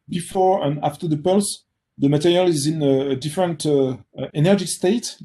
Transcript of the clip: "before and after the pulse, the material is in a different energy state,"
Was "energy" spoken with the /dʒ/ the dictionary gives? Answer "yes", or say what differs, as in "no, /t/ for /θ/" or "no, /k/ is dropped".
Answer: yes